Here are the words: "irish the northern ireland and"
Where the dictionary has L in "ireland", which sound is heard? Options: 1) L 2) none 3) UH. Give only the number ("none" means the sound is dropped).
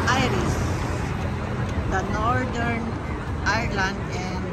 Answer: 1